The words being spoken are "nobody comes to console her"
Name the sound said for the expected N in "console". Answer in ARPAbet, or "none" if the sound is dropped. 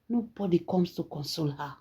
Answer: N